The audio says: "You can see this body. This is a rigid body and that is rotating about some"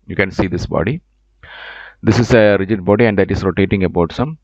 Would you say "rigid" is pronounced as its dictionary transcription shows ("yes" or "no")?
yes